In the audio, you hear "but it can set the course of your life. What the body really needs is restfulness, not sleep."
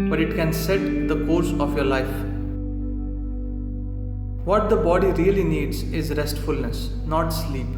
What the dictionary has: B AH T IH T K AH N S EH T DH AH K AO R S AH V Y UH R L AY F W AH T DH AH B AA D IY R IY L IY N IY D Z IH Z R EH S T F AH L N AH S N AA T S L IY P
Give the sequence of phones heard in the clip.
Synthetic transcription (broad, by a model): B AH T IH T K AH N S EH T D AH K AO R S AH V Y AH R L AY F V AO T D AH B AA D IY R IY L IY N IY D Z IH Z R EH S T F AH L N AH S N AA T S L IY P